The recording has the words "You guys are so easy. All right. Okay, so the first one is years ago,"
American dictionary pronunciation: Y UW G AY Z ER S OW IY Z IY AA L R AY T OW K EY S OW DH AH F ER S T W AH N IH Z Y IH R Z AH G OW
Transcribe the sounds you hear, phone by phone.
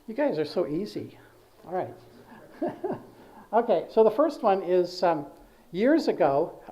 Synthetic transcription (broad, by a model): Y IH G AY Z ER S OW IY Z IY AA L R AY T OW K EY S OW DH AH F ER S T W AH N IH Z Y IH R Z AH G OW